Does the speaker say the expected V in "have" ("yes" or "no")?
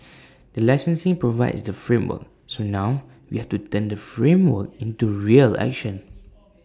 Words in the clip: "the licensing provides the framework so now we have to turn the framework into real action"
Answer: no